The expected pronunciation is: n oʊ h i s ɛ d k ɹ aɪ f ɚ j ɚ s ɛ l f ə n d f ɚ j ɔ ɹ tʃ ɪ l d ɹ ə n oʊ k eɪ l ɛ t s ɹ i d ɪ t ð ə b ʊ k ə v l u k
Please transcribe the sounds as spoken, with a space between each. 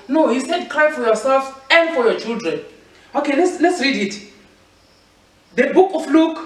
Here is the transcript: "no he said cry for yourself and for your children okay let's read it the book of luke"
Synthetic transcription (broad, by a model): n oʊ h i s ɛ d k ɹ aɪ f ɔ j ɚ s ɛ l f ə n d f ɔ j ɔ tʃ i l d ɹ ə n oʊ k eɪ l ɛ t s ɹ i d ɪ t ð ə b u k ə f l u k